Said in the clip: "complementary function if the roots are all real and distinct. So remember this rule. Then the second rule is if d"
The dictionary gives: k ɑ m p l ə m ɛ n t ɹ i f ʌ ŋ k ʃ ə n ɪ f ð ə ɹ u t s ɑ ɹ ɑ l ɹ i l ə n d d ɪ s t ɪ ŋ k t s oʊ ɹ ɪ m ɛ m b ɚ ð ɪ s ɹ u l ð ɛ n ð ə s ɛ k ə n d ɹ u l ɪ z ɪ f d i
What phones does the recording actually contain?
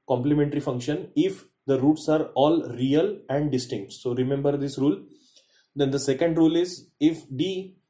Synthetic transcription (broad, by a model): k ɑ m p l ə m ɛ n t ɹ i f ʌ ŋ k ʃ ə n ɪ f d ə ɹ u t s ɑ ɹ ɑ l ɹ i l ə n d d ɪ s t ɪ ŋ k t s oʊ ɹ ɪ m ɛ m b ɚ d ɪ s ɹ u l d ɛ n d ə s ɛ k ə n d ɹ u l ɪ z ɪ f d i